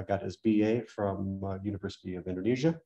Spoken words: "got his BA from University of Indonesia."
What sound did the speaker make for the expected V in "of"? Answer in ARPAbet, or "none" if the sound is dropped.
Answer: V